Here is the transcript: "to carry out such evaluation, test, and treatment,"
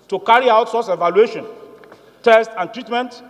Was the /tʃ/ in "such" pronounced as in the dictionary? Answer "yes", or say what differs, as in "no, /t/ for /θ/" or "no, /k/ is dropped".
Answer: no, /s/ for /tʃ/